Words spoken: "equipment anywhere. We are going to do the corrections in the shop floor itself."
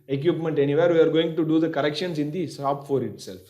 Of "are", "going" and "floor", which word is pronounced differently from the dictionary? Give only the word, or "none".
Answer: floor